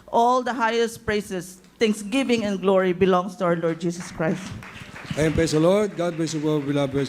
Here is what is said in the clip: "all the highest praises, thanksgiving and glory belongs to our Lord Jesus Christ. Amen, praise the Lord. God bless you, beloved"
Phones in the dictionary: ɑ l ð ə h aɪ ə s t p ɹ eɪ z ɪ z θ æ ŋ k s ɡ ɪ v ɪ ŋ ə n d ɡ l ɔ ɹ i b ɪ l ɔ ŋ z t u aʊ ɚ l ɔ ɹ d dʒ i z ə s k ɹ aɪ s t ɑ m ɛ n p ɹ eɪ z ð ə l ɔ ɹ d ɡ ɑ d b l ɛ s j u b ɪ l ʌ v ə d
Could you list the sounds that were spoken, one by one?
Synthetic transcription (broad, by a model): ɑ l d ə h aɪ ə s t p ɹ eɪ s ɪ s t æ ŋ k s ɡ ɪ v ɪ ŋ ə n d ɡ l ɔ ɹ i b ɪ l ɔ ŋ s t u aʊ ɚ l ɔ ɹ d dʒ i s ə s k ɹ aɪ s t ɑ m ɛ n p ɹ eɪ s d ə l ɔ ɹ d ɡ ɑ d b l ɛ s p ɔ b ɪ l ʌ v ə